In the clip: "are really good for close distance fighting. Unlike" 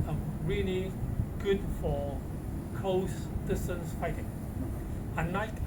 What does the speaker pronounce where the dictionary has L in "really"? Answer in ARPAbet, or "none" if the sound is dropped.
L